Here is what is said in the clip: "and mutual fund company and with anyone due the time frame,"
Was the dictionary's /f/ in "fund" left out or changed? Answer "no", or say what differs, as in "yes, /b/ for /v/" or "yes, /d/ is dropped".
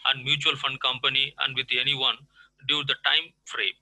no